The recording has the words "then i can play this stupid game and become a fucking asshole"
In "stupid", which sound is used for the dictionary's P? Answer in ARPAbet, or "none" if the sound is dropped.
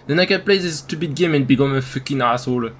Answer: B